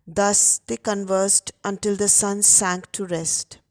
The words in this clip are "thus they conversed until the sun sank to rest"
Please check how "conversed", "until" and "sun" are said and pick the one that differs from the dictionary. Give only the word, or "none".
none